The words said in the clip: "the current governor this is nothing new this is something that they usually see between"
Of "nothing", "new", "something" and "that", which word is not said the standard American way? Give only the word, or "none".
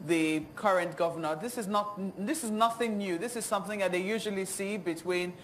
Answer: none